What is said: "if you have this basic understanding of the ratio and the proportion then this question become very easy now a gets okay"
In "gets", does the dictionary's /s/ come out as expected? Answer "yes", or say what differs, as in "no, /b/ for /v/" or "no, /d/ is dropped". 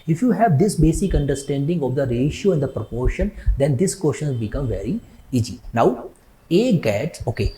no, /s/ is dropped